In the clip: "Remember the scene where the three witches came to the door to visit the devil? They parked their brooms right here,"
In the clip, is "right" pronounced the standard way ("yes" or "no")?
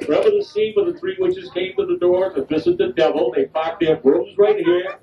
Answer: yes